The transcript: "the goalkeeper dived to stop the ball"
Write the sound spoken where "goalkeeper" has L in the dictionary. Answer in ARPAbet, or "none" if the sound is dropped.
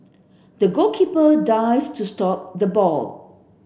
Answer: none